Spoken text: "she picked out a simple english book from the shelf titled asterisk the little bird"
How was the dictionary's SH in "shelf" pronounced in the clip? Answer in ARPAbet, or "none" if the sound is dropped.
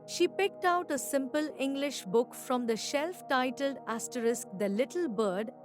SH